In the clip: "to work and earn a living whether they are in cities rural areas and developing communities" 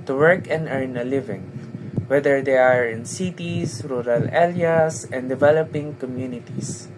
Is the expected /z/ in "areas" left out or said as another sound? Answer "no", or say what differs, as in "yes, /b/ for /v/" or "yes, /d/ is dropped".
yes, /s/ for /z/